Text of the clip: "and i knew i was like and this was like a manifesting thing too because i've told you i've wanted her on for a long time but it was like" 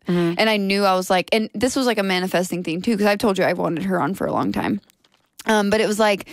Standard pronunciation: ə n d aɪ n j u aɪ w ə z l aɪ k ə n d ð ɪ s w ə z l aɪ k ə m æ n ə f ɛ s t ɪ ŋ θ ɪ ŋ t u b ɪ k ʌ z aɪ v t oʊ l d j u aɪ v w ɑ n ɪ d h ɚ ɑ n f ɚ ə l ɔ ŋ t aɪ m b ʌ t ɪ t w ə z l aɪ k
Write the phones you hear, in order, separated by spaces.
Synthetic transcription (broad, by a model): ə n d aɪ n j u aɪ w ə z l aɪ k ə n ð ɪ s w ə z l aɪ k ə m æ n ə f ɛ s t ɪ ŋ θ ɪ ŋ t u k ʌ z aɪ v t oʊ l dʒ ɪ aɪ w ɑ n ɪ d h ɚ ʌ n f ɚ ə l ɔ ŋ t aɪ m b ʌ t ɪ t w ə z l aɪ k